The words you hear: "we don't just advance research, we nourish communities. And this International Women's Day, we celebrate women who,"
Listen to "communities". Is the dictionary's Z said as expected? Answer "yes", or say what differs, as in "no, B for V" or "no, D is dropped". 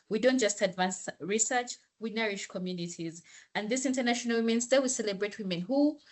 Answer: yes